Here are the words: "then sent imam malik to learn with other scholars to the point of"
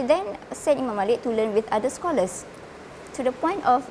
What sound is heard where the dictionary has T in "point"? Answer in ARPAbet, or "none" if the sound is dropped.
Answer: T